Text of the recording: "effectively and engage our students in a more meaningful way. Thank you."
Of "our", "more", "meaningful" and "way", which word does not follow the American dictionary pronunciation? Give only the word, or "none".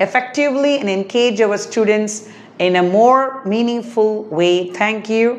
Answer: our